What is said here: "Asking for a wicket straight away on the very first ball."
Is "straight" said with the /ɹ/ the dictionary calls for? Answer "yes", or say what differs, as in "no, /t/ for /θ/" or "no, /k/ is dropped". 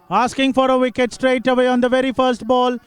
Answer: yes